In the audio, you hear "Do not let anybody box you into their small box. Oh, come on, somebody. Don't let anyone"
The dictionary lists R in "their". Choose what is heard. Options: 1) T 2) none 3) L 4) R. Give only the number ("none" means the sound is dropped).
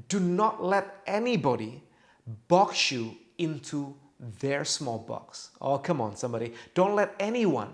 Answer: 4